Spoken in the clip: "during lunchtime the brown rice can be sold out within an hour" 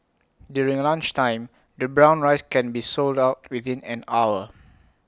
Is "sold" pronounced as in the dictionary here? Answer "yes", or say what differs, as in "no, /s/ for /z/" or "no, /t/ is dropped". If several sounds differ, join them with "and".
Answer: yes